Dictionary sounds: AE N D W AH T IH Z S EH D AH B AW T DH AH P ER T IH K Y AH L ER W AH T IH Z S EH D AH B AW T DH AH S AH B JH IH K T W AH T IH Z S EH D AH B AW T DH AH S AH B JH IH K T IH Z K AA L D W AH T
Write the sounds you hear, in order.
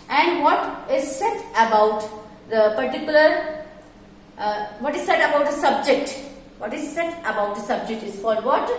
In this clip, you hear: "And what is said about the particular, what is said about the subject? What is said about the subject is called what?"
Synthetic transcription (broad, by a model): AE N D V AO T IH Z S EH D AH B AW T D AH P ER T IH K Y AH L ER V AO T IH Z S EH D AH B AW T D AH S AH B JH IH K T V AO T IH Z S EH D AH B AW T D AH S AH B JH IH K T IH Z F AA D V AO T